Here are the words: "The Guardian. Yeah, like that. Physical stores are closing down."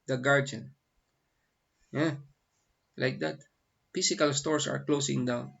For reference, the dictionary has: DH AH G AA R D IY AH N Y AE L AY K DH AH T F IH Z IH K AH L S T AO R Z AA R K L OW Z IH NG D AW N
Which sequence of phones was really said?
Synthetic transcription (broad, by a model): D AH G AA R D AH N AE L AY K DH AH T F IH S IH K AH L S T AO R S AA R K L OW S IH NG D AW N